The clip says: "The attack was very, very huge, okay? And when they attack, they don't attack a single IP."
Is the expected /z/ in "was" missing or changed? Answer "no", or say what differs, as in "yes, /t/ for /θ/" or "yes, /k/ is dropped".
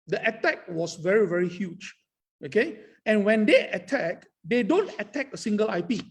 yes, /s/ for /z/